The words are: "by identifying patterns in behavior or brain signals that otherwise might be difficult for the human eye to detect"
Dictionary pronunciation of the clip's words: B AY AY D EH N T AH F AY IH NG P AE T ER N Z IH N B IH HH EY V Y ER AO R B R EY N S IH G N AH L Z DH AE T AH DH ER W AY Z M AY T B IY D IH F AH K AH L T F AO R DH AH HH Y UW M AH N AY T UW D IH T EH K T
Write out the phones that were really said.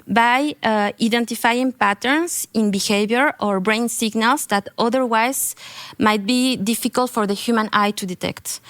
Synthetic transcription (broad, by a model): B AY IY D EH N T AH F AY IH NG P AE T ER N S IH N B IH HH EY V Y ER AO R B R EY N S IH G N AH L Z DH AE T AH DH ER W AY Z M AY T B IY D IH F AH K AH L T F AO R DH AH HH Y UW M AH N AY T UW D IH T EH K T